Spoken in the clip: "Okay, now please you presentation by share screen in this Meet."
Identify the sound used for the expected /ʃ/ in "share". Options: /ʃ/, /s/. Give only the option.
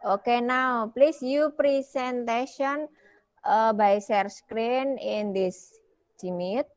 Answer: /s/